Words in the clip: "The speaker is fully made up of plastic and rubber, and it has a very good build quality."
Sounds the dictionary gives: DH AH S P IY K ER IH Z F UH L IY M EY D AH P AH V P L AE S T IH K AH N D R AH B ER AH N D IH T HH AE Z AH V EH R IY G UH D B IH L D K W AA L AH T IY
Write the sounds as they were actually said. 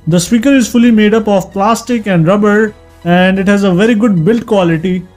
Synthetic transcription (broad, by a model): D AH S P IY K ER IH Z F UH L IY M EY D AH P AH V P L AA S T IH K AH N D R AH B ER AH N D IH T HH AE Z AH V EH R IY G UH D B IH L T K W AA L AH T IY